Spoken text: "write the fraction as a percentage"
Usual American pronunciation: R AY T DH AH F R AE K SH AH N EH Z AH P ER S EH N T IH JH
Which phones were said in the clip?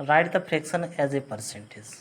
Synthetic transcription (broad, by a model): R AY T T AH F R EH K S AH N EH Z AH P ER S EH N T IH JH